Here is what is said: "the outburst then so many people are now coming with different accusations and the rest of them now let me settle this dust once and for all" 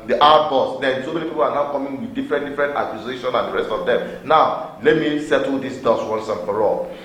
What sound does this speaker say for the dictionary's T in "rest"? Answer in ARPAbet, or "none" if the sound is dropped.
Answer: T